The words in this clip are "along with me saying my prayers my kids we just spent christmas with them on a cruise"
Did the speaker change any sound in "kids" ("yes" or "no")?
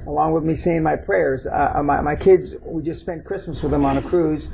no